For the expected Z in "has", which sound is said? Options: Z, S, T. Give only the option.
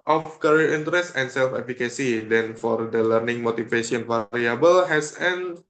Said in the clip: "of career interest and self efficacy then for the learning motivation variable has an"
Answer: S